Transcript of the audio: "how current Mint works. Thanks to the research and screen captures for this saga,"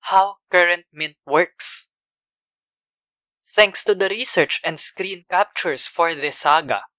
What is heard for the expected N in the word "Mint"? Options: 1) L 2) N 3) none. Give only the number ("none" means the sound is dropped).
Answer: 2